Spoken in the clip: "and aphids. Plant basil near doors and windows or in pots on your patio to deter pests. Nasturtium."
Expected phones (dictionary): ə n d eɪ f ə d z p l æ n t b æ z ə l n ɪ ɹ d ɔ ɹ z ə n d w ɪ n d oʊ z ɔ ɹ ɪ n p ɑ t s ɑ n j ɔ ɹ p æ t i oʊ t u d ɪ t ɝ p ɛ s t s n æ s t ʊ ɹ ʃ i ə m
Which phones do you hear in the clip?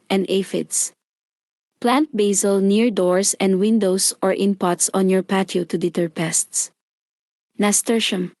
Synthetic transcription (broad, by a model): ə n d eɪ f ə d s p l æ n t b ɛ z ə l n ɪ ɹ d ɔ ɹ s ə n d w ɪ n d oʊ s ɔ ɹ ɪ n p ɑ t s ɑ n j ɔ ɹ p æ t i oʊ t u d ɪ t ɝ p ɛ s t s n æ s t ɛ ɹ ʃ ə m